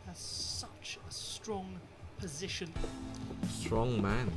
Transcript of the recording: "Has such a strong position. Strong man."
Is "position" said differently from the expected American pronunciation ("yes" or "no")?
no